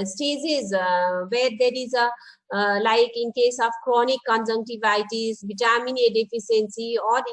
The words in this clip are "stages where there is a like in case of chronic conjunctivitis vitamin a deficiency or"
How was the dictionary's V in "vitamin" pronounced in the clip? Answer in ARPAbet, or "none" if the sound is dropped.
B